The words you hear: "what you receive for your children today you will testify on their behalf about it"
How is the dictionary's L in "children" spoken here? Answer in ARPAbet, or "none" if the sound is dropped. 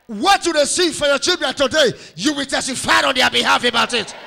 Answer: L